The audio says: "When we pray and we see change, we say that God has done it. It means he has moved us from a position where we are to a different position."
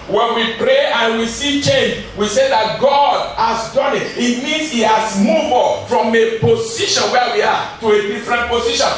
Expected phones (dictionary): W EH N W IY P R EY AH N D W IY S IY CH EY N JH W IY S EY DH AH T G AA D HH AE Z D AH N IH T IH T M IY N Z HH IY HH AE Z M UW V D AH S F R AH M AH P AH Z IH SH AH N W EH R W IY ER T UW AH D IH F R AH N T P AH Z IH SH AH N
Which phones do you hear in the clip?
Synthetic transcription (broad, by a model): W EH N W IY P R EY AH N W IY S IY CH EY N JH W IY S EY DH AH T G AA D HH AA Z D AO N IH T IH T M IY N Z HH IY HH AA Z M UW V AH F R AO M AH P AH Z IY SH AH N W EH W IY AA T UW AH D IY F R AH N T P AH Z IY SH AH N